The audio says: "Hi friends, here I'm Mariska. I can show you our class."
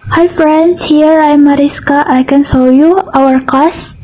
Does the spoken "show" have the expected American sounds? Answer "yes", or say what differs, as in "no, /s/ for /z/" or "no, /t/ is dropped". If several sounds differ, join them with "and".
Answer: no, /s/ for /ʃ/